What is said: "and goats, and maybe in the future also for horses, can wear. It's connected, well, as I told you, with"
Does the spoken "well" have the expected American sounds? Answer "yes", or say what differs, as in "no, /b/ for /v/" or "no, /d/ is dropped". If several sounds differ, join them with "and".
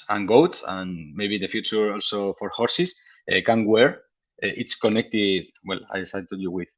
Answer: yes